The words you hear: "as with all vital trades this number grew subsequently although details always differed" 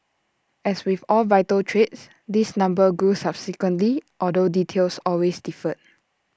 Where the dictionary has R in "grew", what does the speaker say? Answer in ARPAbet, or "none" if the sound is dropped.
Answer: none